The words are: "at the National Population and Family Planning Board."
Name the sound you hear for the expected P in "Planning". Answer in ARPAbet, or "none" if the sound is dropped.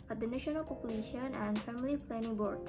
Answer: F